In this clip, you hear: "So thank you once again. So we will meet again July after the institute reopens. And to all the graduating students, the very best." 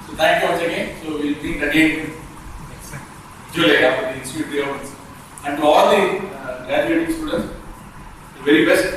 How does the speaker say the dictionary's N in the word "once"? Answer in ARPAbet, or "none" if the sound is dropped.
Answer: none